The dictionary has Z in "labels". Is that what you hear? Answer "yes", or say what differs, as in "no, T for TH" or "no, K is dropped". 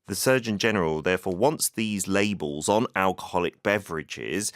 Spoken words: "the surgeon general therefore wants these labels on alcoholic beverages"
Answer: yes